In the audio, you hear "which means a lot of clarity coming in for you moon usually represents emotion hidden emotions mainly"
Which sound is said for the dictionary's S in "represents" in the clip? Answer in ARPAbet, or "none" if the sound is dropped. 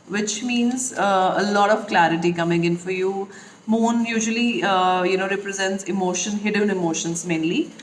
S